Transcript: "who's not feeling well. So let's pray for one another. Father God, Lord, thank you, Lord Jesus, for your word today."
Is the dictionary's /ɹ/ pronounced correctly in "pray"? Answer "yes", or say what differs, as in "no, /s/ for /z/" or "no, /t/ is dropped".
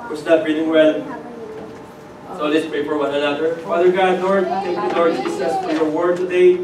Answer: no, /ɹ/ is dropped